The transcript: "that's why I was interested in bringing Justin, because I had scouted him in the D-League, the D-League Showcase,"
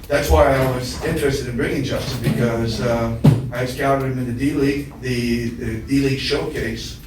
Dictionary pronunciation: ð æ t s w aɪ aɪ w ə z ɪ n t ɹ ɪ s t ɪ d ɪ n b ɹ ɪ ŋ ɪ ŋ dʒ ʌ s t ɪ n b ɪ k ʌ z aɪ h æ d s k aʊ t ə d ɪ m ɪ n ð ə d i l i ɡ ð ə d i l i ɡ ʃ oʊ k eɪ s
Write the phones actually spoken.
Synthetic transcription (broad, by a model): ð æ t s w aɪ aɪ w ə z ɪ n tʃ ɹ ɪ s t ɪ d ɪ n b ɹ ɪ ŋ ɪ ŋ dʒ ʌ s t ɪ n b ɪ k ʌ z aɪ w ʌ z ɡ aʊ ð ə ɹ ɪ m ɪ n ð ə d i l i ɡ ð ə d i l i ɡ ʃ oʊ k eɪ s